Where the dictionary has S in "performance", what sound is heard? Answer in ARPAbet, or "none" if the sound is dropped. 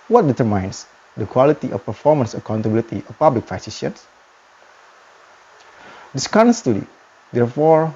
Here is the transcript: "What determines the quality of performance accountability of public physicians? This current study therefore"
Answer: S